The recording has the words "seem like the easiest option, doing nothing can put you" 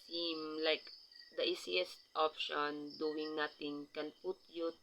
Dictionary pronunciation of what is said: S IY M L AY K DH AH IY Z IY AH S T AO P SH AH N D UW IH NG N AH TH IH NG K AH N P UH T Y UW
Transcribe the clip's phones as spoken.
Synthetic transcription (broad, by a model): S IY M L AY K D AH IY S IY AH S T AO P SH AH N D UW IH NG N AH T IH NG K AH N P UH T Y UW